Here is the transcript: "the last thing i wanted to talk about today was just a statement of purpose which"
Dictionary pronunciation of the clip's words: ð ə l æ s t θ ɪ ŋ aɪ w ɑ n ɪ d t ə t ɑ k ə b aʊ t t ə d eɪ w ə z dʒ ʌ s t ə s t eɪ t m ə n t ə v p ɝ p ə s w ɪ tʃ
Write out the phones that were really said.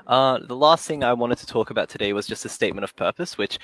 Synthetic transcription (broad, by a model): ð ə l æ s t θ ɪ ŋ aɪ w ɑ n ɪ d t ə t ɑ k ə b aʊ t t ə d eɪ w ə z dʒ ʌ s t ə s t eɪ t m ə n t ə v p ɝ p ə s w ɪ tʃ